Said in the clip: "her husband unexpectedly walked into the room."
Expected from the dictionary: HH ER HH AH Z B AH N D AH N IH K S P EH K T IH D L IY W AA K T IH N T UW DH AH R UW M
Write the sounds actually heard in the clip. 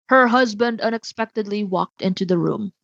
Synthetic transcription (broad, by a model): HH ER HH AH Z B AH N D AH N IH K S P EH K T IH D L IY W AA K T IH N T UW DH AH R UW M